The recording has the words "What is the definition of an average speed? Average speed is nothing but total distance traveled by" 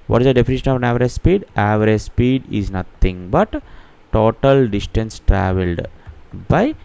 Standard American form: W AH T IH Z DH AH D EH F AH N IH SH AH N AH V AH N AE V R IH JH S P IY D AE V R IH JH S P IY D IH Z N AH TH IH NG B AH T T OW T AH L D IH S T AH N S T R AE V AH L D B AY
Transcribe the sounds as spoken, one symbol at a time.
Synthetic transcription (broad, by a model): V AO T IH Z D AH D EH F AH N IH SH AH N AH V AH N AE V R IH S P IY D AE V R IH S P IY D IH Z N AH T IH NG B AH T T OW T AH L D IH S T AH N S T R AE V AH L D B AY